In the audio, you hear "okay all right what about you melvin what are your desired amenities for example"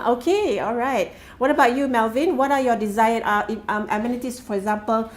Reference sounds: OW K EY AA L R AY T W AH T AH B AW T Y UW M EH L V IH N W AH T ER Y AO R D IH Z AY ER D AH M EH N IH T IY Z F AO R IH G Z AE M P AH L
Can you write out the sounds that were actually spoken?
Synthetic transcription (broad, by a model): OW K EY AA L R AY T W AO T AH B AW T Y UW M EH L V IH N W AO T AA Y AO D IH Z AY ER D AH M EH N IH T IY S F AO R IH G Z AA M P AH L